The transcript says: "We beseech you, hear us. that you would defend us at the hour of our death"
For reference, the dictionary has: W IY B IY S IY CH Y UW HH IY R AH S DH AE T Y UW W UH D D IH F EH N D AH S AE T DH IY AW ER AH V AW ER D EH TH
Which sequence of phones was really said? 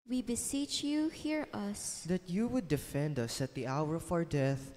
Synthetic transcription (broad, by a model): W IY B IY S IY CH Y UW HH IY R AH S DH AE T Y UW W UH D D IH F EH N D AH S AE T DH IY AW ER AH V AW ER D EH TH